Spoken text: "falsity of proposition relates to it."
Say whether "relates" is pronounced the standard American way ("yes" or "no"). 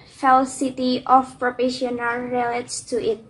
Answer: no